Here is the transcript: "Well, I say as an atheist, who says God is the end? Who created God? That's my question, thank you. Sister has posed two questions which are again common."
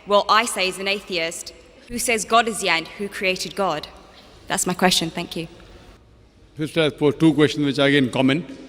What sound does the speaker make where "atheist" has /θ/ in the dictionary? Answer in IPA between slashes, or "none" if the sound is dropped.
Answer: /θ/